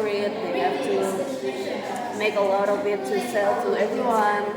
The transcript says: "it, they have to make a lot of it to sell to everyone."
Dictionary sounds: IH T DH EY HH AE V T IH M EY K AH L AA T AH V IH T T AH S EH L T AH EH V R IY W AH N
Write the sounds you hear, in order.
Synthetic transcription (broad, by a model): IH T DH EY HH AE F T IH M EY K AH L AA T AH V IH T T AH S EH L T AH EH V R IY W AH N